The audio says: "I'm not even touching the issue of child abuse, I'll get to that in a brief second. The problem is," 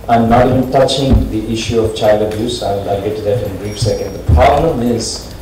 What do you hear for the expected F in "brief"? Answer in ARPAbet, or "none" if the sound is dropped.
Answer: P